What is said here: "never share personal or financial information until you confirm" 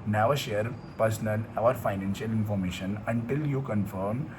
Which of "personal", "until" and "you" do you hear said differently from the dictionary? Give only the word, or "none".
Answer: personal